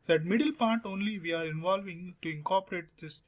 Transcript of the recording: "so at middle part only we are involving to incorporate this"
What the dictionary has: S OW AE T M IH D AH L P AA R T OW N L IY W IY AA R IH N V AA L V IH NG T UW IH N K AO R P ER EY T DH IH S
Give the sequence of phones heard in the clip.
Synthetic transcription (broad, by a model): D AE T M IH D AH L P AA R T OW N L IY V IY AA R IH N V AA L V IH NG T UW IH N K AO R P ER EY T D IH S